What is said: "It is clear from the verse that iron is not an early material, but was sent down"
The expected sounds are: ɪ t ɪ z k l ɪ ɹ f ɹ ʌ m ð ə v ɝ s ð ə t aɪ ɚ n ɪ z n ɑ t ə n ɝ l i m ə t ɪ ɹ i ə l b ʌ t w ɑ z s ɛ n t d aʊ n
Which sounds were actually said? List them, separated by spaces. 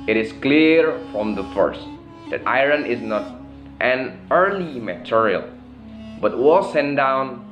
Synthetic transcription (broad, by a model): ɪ t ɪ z k l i ɹ f ɹ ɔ m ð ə f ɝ s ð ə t aɪ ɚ n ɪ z n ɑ t ə n ɝ l i m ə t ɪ ɹ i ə l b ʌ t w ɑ s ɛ n d aʊ n